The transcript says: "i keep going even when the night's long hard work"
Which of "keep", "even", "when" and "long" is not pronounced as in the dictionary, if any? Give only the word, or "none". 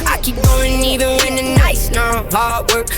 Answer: long